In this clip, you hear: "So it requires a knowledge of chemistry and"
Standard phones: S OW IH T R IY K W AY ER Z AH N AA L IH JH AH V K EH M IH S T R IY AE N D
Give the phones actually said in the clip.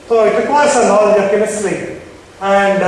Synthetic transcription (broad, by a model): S OW IH T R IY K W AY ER S AH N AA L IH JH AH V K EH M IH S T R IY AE N D